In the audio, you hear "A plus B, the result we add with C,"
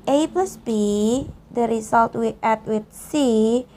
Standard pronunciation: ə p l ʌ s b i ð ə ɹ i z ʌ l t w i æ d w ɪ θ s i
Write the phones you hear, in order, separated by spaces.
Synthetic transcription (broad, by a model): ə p ʌ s b i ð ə ɹ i s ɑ l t w i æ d w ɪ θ s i